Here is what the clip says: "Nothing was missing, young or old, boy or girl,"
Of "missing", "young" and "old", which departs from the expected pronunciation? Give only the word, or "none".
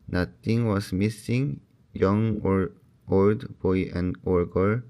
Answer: none